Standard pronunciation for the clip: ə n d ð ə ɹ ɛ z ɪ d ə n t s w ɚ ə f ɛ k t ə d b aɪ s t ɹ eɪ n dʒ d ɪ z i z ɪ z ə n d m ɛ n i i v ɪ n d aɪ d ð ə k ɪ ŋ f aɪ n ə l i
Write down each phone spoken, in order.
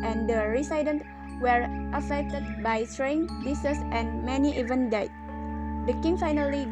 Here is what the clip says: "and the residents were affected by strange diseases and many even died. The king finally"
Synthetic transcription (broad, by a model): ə n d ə ɹ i s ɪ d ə n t w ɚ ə f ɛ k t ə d b aɪ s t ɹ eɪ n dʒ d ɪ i s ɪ s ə n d m ɛ n i i v ɪ n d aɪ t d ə k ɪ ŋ f aɪ n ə l i